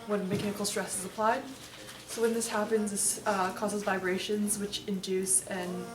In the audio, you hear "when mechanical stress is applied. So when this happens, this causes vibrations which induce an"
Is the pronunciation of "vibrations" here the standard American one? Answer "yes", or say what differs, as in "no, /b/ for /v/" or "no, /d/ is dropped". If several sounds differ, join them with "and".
yes